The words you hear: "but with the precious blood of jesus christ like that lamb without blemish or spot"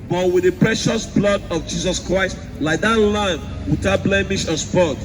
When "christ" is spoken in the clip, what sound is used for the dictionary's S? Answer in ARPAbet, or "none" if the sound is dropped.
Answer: S